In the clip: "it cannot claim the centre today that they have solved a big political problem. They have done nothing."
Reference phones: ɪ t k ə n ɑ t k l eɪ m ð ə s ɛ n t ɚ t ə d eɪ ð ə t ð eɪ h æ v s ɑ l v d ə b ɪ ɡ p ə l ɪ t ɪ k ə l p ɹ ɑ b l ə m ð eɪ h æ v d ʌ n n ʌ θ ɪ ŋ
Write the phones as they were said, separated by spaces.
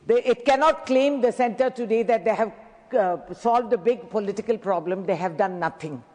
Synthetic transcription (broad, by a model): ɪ t k ə n ɑ t k l eɪ m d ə s ɛ n t ɚ t ə d eɪ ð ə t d eɪ h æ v s ɑ l v d ə b ɪ ɡ p ə l ɪ t ɪ k ə l p ɹ ɑ b l ə m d eɪ h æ v d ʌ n n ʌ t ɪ ŋ